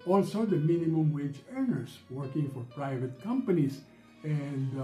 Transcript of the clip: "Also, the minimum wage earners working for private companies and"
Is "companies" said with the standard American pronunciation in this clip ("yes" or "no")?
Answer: no